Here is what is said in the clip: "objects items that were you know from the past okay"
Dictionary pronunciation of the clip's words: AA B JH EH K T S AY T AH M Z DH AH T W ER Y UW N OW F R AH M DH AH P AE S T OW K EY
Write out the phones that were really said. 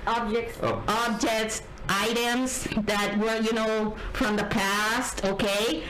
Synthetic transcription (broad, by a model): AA B JH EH K T S AY T AH M Z DH AH T W ER Y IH N OW F R AH M DH AH P AE S T OW K EY